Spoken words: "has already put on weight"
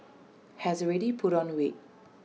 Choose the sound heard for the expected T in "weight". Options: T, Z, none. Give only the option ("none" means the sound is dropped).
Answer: none